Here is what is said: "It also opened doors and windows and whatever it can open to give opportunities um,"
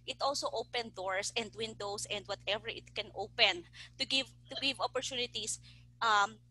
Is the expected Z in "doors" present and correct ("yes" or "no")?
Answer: no